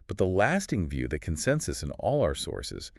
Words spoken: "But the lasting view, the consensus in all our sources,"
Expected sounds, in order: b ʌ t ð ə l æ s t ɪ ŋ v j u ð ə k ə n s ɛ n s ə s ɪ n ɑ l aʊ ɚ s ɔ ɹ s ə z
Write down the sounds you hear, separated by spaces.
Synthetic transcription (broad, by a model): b ʌ t ð ə l æ s t ɪ ŋ v j u ð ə k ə n s ɛ n s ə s ɪ n ɑ l aʊ ɚ s ɔ ɹ s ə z